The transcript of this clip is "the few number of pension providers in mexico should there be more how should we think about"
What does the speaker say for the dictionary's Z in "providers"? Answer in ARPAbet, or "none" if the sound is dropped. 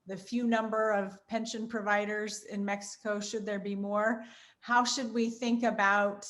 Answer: Z